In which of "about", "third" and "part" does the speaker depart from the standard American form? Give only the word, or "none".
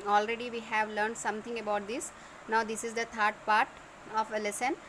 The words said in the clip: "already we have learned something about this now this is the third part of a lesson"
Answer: third